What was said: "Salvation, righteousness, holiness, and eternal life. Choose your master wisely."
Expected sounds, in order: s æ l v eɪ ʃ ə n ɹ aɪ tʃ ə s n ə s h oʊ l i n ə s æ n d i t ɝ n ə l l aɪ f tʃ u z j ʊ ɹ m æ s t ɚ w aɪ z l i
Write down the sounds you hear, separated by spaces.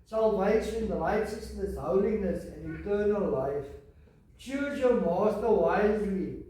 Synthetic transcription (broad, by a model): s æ l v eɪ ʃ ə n l aɪ tʃ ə s n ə s h oʊ l i n ə s æ n d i t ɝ n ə l l aɪ f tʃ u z j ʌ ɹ m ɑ s t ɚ w aɪ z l i